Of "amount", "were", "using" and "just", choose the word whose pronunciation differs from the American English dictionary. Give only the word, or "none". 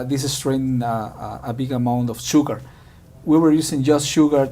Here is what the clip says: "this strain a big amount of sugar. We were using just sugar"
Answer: using